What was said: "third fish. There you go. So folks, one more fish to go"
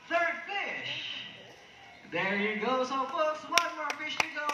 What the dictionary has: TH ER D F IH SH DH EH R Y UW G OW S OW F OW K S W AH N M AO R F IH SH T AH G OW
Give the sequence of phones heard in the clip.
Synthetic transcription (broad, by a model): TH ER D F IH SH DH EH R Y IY G OW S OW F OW S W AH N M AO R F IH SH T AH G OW